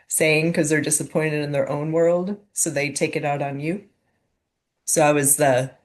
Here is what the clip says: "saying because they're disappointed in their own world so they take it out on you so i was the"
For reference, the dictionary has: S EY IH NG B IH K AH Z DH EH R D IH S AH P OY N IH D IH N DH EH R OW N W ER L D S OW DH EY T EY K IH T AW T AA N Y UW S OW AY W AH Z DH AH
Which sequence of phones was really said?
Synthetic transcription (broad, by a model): S EY IH NG K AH Z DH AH R D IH S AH P OY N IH D IH N DH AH R OW N W ER L D S OW DH EY T EY K IH T AW T N Y UW S OW AY W AH Z DH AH